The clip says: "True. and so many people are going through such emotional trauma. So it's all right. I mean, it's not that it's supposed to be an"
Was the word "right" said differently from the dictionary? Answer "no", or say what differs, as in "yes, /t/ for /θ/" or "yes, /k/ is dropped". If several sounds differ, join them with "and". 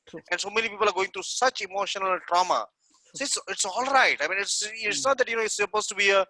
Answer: no